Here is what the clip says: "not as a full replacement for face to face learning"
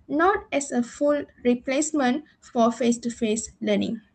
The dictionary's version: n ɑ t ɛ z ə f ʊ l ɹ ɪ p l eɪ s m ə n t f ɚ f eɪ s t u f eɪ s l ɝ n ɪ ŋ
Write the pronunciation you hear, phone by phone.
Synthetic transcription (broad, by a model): n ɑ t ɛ s ə f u l ɹ ɪ p l eɪ s m ə n t f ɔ f eɪ s t u f eɪ s l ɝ n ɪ ŋ